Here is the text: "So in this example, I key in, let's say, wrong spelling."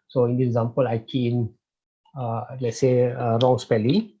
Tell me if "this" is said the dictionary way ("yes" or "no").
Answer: no